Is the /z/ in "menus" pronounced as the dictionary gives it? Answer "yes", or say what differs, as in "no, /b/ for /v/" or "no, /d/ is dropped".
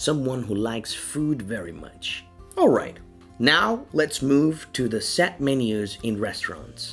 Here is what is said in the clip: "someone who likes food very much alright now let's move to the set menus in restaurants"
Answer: yes